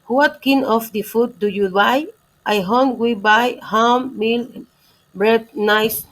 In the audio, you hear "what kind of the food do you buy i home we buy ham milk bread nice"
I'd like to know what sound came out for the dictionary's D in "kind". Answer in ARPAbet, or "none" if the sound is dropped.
none